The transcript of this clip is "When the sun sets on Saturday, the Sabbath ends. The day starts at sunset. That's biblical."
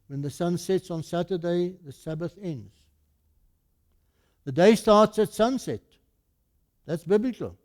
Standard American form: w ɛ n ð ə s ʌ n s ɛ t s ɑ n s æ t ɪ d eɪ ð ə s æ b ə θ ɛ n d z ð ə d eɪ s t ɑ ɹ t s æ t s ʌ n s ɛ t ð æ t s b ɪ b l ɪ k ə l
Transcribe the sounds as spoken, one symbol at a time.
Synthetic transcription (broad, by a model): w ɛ n ð ə s ʌ n s ɛ t s ɑ n s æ t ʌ d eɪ ð ə s æ b ə θ ɛ n d z ð ə d eɪ s t ɑ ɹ t s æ t s ʌ n s ɛ t ð æ t s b ɪ b l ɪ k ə l